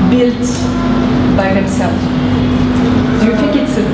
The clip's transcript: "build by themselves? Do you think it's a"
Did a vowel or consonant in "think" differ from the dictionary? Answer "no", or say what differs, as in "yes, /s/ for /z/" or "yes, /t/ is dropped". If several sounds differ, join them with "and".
yes, /f/ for /θ/ and /ŋ/ is dropped